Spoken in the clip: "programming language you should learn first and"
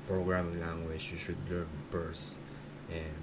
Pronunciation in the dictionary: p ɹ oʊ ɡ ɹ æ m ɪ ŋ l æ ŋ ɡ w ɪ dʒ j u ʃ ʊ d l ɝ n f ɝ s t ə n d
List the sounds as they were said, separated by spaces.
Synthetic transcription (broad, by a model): p ɹ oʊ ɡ ɹ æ m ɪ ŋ l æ ŋ ɡ w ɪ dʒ j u ʃ ʊ d l ɝ n p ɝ s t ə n